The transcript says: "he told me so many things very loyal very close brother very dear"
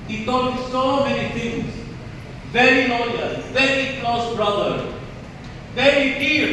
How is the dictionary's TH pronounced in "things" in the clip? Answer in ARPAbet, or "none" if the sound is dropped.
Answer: T